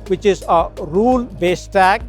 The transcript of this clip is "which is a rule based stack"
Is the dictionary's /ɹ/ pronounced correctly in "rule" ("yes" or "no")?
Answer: yes